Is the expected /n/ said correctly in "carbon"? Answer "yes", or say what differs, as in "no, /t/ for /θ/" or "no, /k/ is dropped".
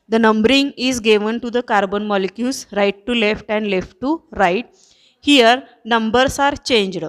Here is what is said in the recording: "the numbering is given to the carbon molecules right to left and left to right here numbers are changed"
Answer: yes